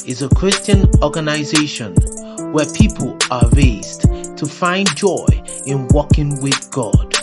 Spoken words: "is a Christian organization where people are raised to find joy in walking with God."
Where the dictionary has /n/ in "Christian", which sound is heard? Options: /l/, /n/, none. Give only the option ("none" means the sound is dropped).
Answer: /n/